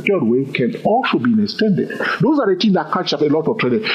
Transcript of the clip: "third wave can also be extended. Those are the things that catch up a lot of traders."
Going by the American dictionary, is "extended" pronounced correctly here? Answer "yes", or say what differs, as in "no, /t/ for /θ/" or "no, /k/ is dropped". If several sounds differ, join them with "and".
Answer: yes